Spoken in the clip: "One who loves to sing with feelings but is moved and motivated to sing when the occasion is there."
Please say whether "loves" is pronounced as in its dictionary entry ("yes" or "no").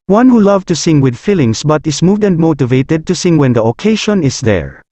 no